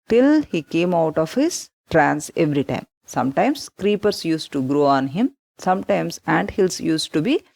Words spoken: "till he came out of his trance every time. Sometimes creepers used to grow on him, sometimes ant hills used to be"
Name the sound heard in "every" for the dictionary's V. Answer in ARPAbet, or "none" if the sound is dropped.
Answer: V